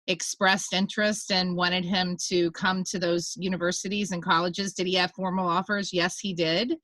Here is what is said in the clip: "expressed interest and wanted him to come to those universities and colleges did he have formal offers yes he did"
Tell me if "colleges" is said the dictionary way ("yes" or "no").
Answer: yes